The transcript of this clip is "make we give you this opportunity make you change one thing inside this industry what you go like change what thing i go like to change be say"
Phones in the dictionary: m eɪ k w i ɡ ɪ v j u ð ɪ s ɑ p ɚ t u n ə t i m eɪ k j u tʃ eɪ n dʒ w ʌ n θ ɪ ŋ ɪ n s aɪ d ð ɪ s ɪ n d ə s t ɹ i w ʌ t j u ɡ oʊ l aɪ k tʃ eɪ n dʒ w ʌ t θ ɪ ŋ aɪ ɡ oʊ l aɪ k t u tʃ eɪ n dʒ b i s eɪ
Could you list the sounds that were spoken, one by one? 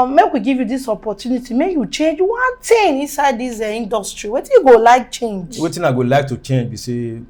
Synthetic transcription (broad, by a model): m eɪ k w i ɡ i v j u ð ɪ s ɑ p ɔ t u n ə t i m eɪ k j u tʃ eɪ n dʒ w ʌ n t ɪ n ɪ n s aɪ d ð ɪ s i n d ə s t ɹ i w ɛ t j u ɡ oʊ l aɪ k tʃ eɪ n dʒ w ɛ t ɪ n aɪ ɡ oʊ l aɪ k t u tʃ eɪ n dʒ b i s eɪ